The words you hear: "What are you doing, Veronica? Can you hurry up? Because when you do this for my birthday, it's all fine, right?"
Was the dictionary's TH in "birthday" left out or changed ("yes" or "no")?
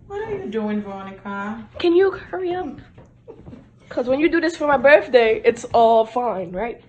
no